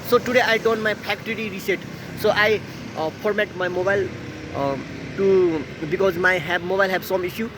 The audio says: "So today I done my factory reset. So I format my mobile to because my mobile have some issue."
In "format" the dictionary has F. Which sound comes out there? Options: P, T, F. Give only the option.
P